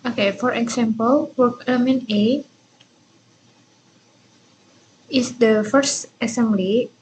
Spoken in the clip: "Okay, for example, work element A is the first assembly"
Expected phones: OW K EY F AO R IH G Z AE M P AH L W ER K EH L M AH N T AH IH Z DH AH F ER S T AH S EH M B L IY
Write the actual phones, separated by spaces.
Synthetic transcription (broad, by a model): OW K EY F AO R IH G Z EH M P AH L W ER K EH M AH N AH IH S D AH F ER S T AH S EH M B L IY